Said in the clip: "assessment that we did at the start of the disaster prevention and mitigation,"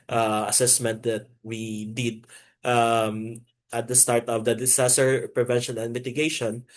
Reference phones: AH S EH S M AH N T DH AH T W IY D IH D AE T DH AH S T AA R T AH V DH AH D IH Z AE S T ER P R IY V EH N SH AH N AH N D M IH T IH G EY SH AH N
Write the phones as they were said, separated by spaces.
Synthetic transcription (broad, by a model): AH S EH S M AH N T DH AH T W IY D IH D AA T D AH S T AA R T AH V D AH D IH S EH S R P R IY V EH N SH AH N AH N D M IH T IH G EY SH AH N